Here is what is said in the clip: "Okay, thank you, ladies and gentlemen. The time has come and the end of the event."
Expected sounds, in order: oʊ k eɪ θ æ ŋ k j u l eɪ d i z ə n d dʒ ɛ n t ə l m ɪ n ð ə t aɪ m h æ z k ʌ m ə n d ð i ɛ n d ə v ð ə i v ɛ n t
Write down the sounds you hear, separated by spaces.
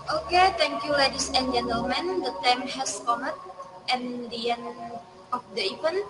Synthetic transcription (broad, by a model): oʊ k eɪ t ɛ ŋ k j u l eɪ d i s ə n dʒ ɛ n t ə l m ɪ n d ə t aɪ m h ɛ s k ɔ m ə n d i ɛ n ə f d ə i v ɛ n